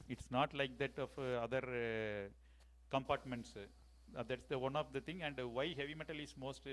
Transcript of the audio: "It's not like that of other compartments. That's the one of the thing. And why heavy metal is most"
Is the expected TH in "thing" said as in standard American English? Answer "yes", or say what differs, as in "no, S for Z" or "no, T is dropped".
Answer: no, T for TH